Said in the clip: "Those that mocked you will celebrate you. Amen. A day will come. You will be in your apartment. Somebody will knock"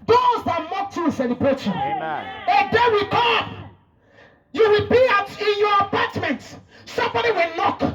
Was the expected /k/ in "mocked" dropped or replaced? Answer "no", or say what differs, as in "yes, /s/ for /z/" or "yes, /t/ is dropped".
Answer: yes, /k/ is dropped